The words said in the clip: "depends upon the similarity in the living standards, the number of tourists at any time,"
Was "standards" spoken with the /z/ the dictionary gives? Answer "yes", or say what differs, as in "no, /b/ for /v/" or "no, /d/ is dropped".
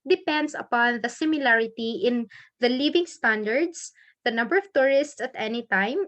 no, /s/ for /z/